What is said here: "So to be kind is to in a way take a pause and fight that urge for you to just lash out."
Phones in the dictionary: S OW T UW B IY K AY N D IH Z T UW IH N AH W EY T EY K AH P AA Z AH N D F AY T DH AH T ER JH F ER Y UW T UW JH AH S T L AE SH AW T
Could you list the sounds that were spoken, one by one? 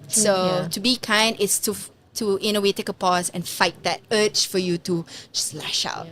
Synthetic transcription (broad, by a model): S OW T UW B IY K AY N D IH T T UW IH N AH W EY T EY K AH P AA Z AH N F AY T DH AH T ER CH F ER Y UW T UW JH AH S L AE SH AW T